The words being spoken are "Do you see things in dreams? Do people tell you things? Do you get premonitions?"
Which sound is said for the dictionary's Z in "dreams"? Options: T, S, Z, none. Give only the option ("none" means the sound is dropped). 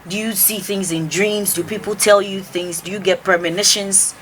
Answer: Z